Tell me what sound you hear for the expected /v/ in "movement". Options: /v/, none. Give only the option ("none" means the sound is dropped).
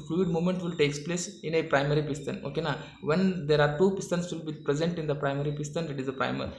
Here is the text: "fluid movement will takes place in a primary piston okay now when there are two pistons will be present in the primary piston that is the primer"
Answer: none